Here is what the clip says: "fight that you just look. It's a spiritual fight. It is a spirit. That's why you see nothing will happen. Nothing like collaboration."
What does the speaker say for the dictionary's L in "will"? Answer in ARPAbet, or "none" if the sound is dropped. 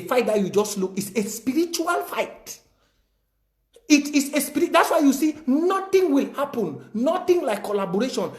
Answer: L